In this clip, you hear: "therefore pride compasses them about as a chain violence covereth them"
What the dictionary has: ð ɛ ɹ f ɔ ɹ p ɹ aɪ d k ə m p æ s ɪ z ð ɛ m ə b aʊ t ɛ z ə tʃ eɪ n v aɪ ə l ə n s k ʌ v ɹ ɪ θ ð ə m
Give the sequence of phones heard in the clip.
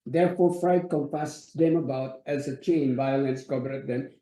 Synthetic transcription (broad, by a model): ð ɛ ɹ f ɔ ɹ f ɹ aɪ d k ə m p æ s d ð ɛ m ə b aʊ t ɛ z ə tʃ eɪ n v aɪ ə l ə n s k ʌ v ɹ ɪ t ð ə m